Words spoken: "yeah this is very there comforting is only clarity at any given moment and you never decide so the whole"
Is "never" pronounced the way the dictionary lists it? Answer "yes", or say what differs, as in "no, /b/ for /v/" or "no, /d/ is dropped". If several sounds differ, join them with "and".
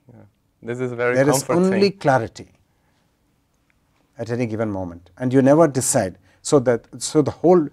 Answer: yes